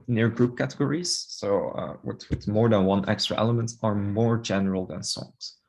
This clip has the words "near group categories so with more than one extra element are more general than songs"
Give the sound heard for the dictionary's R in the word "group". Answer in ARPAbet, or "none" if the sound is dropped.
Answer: R